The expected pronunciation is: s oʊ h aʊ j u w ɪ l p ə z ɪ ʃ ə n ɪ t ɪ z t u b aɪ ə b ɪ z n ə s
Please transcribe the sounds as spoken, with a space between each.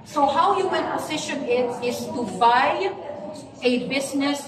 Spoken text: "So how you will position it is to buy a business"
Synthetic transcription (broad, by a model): s oʊ h aʊ j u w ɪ n p ə z ɪ ʃ ə n ɪ t ɪ z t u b aɪ ə b ɪ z n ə s